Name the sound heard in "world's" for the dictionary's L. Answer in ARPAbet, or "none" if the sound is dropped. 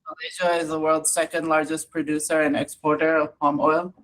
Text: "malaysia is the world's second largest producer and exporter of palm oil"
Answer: L